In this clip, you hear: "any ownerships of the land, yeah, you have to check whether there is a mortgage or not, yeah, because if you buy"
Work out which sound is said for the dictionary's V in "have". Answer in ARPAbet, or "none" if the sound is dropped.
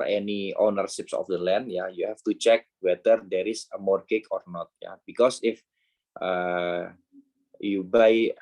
F